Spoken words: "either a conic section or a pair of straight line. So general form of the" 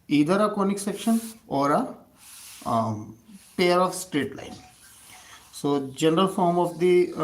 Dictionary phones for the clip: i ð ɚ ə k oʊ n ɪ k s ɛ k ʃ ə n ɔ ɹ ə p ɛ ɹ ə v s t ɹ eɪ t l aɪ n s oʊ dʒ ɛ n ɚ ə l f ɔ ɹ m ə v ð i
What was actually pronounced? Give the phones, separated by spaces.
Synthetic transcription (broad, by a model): i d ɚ ə k oʊ n ɪ k s ɛ k ʃ ə n ɔ ɹ ə p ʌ ɹ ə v s t ɹ eɪ t l aɪ n s oʊ dʒ ɛ n ɚ ə l f ɔ ɹ m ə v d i